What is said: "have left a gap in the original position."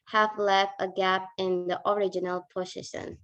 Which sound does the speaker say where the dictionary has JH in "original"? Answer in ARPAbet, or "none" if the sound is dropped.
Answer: JH